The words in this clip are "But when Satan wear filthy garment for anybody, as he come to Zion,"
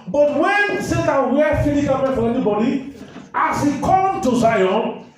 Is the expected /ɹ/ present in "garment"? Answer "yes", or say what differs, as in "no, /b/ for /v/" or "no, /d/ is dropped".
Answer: no, /l/ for /ɹ/